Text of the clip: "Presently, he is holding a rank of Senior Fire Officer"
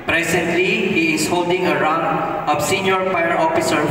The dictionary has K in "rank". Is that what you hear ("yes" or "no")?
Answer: no